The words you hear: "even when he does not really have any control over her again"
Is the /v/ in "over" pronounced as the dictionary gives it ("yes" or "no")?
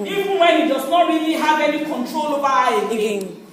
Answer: no